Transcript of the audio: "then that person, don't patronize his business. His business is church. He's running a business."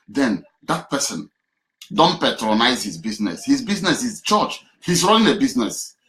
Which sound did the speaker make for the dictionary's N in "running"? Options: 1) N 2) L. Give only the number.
2